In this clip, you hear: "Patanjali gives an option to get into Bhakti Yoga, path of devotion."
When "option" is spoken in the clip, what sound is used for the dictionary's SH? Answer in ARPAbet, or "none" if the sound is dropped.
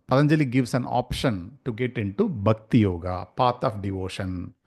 SH